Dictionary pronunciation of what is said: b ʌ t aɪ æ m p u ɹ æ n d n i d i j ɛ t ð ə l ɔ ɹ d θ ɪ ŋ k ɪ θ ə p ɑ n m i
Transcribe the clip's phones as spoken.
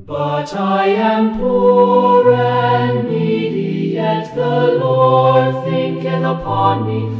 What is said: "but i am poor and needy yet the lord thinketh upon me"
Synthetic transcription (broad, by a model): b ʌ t aɪ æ m p u ɹ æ n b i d i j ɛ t ð ə l ɔ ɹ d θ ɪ ŋ k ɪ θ ə p ɑ n m i